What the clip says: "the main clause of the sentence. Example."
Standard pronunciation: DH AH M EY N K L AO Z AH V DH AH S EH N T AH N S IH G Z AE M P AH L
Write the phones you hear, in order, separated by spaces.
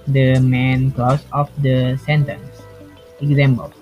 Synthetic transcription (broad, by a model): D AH M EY N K L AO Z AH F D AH S EH N T AH N S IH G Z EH M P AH L